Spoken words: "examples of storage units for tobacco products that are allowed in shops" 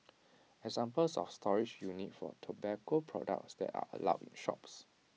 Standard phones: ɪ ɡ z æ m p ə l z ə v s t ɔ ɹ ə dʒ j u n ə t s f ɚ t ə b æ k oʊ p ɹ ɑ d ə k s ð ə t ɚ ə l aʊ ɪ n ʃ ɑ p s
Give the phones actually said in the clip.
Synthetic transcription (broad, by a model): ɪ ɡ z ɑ m p ə l s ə f s t ɔ ɹ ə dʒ j u n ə t f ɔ t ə b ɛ k oʊ p ɹ ɑ d ə k s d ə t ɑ ə l aʊ ɪ n ʃ ɑ p s